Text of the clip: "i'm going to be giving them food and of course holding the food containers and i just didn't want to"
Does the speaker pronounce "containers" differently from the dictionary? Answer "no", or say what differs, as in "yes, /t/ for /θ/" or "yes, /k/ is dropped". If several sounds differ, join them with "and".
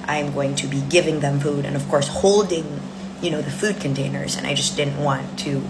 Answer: no